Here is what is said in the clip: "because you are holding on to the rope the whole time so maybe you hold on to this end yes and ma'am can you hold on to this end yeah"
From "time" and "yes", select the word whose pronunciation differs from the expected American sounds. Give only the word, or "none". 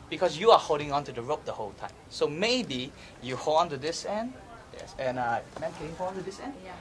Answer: none